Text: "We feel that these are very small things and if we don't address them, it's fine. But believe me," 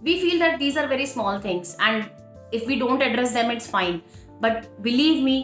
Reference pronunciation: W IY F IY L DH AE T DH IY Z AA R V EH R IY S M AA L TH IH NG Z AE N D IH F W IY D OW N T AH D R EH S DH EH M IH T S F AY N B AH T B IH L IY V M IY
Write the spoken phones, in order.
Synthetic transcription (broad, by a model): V IY F IY L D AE T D IY Z AA R V EH R IY S M AA L T IH NG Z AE N D IH F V IY D OW N T AH D R EH S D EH M IH T S F AY N B AH T B IH L IY V M IY